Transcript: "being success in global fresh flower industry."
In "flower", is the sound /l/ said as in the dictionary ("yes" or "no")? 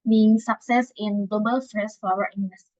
no